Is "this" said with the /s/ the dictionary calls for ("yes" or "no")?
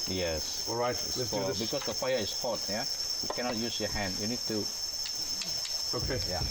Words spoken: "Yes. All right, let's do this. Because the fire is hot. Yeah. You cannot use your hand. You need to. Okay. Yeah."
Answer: no